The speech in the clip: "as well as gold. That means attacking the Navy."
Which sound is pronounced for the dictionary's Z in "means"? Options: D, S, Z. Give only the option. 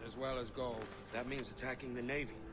Z